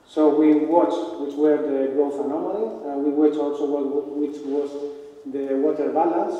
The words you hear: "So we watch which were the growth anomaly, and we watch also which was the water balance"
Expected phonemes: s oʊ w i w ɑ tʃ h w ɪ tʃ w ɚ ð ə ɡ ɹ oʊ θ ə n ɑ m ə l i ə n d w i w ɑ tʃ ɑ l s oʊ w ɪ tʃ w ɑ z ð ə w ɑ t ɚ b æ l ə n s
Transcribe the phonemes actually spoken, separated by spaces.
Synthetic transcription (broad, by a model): s oʊ w i w ɑ tʃ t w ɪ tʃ w ɚ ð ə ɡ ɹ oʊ f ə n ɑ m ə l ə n w i w ɑ tʃ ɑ l s oʊ w ɪ tʃ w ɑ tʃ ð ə w ɑ t ɚ b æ l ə n s